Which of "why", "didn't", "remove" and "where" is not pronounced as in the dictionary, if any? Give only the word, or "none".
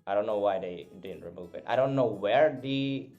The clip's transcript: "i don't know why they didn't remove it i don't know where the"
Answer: none